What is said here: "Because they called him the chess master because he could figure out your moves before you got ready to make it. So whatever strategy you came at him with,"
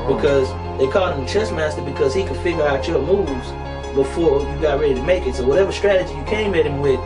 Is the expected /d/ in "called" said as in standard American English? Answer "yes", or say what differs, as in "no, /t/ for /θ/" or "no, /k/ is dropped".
no, /d/ is dropped